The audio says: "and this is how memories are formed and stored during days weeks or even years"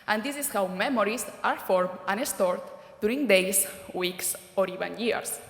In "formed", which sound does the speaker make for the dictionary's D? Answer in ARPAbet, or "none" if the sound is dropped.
none